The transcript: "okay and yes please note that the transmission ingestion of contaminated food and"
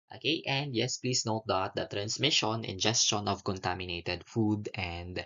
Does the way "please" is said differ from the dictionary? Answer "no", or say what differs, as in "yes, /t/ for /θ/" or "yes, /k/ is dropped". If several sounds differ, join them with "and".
yes, /s/ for /z/